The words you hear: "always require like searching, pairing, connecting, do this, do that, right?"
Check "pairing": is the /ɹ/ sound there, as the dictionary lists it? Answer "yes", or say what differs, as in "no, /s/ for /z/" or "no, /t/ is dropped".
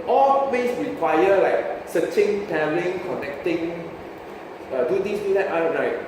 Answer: no, /l/ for /ɹ/